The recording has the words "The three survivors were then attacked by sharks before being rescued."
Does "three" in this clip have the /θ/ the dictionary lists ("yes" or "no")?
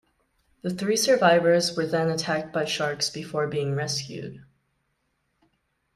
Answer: yes